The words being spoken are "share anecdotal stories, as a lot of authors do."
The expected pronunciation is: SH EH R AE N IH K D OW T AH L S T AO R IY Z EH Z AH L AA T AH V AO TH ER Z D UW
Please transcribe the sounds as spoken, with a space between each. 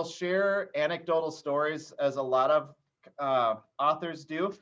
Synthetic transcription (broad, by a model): SH EH R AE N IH K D OW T L S T AO R IY Z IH Z AH L AA T AH V AO TH ER Z D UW